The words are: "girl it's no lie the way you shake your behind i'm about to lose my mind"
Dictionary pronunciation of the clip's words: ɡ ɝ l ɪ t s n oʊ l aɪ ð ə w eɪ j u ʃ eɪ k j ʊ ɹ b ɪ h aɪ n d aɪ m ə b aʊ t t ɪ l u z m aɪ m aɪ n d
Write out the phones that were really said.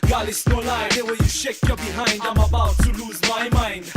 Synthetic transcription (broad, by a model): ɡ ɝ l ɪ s n oʊ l aɪ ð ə w eɪ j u ʃ eɪ k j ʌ b ɪ h aɪ n d aɪ m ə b aʊ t t ɪ l u z m aɪ m aɪ n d